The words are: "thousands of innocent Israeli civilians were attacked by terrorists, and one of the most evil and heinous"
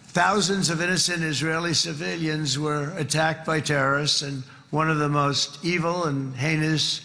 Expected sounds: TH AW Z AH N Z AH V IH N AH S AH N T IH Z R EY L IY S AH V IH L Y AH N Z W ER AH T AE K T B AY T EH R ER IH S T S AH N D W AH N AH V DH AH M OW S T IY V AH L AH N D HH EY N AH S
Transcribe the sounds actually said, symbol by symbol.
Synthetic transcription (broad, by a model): TH AW Z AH N Z AH V IH N AH S AH N T IH Z R EY L IY S AH V IH L Y AH N Z W ER AH T AE K T B AY T EH R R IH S S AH N W AH N AH V DH AH M OW S T IY V L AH N HH EY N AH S